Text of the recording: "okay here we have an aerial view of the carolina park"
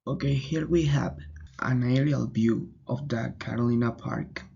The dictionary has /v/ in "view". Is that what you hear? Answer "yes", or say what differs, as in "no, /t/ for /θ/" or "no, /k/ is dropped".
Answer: no, /b/ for /v/